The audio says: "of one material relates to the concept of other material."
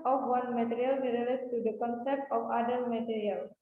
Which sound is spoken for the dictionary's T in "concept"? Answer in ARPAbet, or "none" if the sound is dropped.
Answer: T